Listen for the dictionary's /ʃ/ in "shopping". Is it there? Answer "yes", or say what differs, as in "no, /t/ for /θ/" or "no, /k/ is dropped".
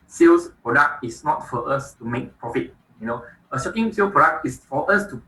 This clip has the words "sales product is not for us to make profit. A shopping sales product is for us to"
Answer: no, /s/ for /ʃ/